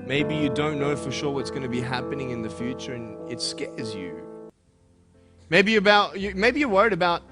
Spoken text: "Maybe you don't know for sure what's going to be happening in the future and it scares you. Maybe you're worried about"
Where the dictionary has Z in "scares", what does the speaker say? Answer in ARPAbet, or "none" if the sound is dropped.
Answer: Z